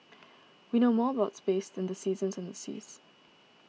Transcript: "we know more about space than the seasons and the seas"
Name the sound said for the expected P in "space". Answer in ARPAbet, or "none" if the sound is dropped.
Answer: B